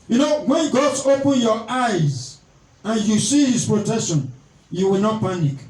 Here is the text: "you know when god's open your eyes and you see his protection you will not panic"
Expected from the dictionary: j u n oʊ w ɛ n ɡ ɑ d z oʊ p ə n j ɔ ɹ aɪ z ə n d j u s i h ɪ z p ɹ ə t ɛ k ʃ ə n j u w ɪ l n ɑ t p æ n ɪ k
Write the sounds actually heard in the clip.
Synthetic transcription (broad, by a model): j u n oʊ w ɛ n ɡ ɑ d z oʊ p ə n j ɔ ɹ aɪ z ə n j u s i h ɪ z p ɹ ə t ɛ k ʃ ə n j u w ɪ l n ɑ t p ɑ n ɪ k